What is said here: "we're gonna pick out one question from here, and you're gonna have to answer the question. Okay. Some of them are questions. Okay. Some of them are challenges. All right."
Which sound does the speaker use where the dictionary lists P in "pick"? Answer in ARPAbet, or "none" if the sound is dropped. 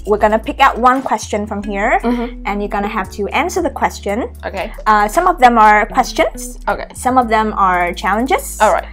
P